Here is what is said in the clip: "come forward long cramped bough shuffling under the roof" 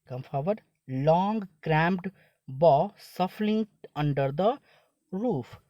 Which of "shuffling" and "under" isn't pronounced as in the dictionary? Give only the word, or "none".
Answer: shuffling